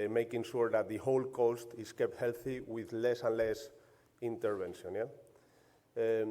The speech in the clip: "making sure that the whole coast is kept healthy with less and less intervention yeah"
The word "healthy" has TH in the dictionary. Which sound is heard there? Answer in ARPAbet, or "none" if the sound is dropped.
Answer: TH